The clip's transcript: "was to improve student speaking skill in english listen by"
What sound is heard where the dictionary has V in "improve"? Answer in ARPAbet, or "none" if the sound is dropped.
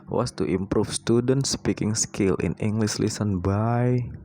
F